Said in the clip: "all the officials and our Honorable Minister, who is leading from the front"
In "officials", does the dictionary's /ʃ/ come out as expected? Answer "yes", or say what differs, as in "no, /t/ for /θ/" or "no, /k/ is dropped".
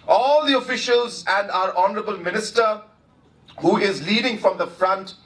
yes